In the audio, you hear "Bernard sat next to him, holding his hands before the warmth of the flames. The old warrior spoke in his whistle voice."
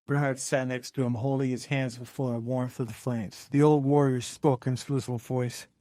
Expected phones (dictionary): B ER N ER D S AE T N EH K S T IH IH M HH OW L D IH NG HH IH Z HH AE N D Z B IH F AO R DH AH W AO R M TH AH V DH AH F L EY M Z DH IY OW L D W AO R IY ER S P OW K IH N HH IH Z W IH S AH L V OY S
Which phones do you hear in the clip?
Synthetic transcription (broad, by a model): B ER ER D S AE T N EH K S T IH IH M HH OW L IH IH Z HH AE N D Z B IH F AO R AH W AO R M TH AH V DH AH F L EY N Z DH IY OW L D W AO R IY ER S P OW K IH N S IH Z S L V OY S